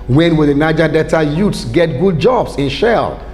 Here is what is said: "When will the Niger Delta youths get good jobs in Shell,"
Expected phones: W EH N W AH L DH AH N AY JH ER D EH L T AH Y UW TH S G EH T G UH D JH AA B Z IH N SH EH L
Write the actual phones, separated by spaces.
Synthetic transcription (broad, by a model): W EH N W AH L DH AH N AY JH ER D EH T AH Y UW T S G EH T G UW D JH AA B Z IH N SH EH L